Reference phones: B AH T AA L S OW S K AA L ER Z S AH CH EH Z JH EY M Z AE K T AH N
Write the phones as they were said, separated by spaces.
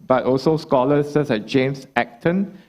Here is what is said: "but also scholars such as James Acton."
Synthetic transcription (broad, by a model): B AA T AA L S OW S K AA L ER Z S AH S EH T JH EY M S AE K T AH N